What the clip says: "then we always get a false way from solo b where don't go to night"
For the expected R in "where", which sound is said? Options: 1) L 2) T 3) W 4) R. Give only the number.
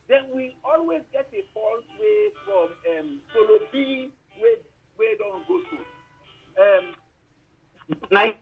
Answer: 3